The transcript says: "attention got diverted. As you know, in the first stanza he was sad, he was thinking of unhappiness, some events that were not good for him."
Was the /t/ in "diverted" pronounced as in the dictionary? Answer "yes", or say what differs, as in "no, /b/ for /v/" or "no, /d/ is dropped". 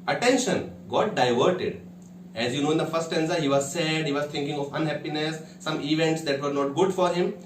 yes